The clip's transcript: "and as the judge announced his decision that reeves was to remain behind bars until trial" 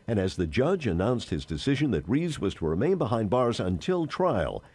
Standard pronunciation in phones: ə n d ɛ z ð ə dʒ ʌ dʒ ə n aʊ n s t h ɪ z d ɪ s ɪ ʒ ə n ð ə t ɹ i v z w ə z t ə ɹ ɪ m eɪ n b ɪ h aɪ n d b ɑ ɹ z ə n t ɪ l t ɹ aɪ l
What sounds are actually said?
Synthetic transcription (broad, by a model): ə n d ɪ z ð ə dʒ ʌ dʒ ə n aʊ n s t h ɪ z d ɪ s ɪ ʒ ə n ð ə t ɹ i z w ə z t ə ɹ ɪ m eɪ n b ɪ h aɪ n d b ɑ ɹ z ə n t ɪ l t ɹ aɪ l